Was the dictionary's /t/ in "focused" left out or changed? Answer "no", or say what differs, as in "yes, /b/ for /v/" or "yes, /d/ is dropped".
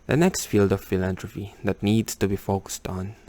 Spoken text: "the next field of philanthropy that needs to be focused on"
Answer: no